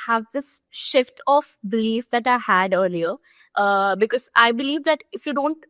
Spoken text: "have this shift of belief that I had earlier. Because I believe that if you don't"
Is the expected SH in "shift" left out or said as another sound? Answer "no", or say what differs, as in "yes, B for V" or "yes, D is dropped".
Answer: no